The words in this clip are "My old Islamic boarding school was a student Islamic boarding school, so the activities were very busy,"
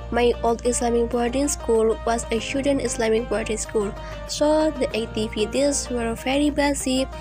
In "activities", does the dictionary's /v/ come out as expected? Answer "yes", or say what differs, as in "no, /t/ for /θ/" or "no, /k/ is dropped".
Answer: no, /p/ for /v/